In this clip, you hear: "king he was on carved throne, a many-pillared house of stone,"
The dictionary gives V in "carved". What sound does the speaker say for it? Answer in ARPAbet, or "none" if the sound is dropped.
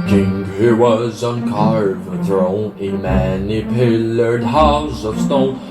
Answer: none